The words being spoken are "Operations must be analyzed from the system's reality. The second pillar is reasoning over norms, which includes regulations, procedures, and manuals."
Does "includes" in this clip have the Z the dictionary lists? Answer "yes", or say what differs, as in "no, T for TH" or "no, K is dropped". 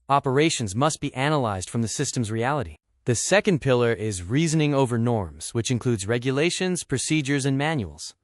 yes